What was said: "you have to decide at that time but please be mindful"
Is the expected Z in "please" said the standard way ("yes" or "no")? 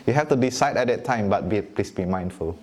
no